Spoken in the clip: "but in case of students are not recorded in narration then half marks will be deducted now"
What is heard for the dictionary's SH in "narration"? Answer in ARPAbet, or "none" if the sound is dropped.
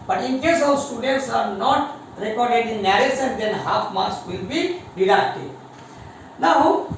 S